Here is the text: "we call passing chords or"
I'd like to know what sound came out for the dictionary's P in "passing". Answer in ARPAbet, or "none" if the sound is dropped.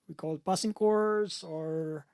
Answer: B